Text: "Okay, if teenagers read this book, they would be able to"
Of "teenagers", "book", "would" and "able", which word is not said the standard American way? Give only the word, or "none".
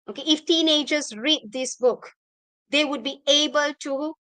none